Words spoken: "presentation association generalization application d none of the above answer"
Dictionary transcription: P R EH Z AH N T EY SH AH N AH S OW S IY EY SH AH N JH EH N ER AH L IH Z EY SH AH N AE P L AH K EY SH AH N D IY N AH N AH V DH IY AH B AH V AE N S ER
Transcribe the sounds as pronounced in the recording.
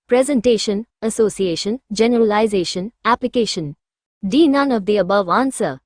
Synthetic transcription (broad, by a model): P R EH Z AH N T EY SH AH N AH S OW S IY EY SH AH N JH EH N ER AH L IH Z EY SH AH N AE P L AH K EY SH AH N D IY N AH N AH V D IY AH B AH V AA N S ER